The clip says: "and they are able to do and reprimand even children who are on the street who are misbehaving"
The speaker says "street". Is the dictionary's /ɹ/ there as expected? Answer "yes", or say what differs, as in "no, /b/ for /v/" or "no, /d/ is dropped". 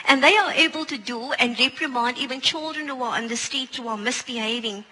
no, /ɹ/ is dropped